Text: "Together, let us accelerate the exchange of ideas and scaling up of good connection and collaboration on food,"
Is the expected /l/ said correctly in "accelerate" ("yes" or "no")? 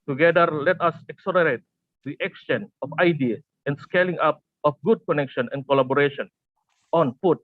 no